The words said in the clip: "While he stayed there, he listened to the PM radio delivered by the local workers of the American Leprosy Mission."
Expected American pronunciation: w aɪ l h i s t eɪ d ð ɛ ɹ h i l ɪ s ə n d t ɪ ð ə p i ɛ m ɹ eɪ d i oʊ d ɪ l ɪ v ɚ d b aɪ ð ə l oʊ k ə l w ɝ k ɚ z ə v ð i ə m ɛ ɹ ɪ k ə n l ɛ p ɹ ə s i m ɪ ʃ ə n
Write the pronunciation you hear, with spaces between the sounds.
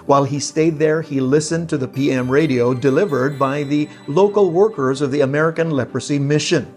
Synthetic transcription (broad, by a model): w aɪ l i s t eɪ d ð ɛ ɹ i l ɪ s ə n t ɪ ð ə p i ɛ m ɹ eɪ d i oʊ d ɪ l ɪ v ɚ d b aɪ ð ə l oʊ k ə l w ɝ k ɚ z ə v ð i ə m ɛ ɹ ɪ k ə n l ɛ p ɹ ə s i m ɪ ʃ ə n